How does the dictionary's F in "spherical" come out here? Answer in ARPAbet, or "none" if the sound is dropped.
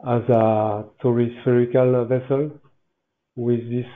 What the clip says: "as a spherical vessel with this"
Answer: F